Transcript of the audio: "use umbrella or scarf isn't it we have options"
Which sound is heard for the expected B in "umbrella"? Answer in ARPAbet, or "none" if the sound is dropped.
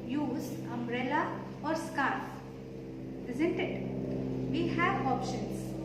B